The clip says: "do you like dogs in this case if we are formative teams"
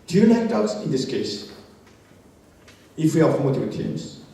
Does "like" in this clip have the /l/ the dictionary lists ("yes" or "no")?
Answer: no